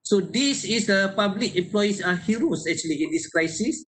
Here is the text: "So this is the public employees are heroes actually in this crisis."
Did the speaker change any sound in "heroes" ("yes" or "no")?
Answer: yes